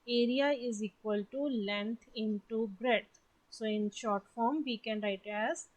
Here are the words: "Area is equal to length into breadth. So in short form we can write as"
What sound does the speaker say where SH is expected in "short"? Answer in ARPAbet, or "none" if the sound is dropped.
SH